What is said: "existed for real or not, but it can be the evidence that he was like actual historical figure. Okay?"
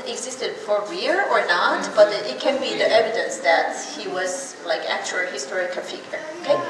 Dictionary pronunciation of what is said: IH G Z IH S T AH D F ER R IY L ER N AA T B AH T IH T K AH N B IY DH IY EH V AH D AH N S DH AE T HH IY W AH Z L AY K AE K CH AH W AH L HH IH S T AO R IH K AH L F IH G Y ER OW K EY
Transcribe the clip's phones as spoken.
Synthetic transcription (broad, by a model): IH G Z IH S T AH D F ER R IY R ER N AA T B AH T IH T K AH N B IY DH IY EH V AH D AH N S DH AE T HH IY W AH Z L AY K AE K CH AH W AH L HH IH S T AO R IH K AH N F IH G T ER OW K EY